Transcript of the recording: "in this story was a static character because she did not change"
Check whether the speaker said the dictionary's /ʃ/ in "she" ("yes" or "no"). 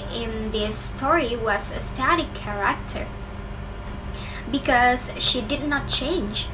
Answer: yes